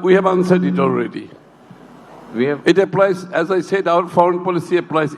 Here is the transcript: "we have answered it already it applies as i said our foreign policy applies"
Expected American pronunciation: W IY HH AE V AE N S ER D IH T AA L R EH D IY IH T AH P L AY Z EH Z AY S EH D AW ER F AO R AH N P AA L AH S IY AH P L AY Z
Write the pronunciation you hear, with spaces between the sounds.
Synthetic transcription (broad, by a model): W IY HH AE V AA N S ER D IH T AA L R EH D IY IH T AH P L AY Z EH Z AY S EH D AW ER F AO R AH N P AA L AH S IY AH P L AY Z